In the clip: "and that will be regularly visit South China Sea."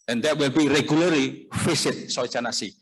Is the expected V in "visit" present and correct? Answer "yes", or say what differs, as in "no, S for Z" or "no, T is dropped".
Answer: no, F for V